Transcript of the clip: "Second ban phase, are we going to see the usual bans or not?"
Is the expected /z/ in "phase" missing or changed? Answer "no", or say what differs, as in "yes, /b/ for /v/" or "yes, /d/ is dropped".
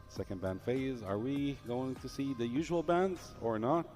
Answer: no